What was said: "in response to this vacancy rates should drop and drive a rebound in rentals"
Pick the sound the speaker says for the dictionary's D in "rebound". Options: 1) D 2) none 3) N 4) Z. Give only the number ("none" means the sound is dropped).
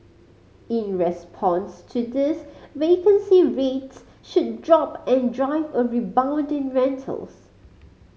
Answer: 1